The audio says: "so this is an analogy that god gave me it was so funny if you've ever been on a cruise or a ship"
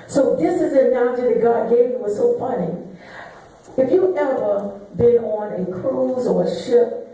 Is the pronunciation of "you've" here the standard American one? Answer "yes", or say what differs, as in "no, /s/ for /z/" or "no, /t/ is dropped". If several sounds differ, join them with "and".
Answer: no, /v/ is dropped